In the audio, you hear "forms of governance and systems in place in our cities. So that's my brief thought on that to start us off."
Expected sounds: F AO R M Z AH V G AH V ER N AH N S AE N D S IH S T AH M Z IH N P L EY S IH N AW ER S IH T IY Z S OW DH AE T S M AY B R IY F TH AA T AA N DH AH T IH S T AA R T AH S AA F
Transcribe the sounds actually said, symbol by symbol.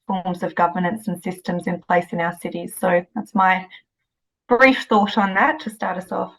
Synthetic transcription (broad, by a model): F AO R M Z AH V G AH V ER N AH N S N S IH S T AH M Z IH N P L EY S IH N AW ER S IH T IY Z S OW DH AE T S M AY B R IY F TH AA T N DH AH T IH S T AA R T AH S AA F